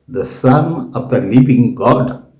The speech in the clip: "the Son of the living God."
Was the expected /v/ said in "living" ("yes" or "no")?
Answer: no